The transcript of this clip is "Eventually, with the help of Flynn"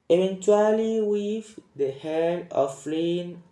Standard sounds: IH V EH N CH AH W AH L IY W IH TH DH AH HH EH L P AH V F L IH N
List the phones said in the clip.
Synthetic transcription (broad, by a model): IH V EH N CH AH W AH L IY W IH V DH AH HH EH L AH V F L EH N